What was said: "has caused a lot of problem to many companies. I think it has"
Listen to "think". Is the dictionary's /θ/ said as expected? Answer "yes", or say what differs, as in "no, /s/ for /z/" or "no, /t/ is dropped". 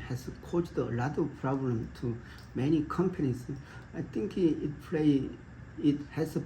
no, /t/ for /θ/